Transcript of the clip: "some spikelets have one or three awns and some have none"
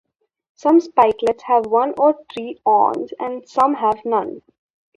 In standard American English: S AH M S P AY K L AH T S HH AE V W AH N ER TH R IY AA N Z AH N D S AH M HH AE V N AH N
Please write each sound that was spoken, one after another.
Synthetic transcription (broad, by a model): S AH M S P AY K L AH T S HH AE V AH N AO T R IY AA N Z AH N D S AH M HH AE V N AH N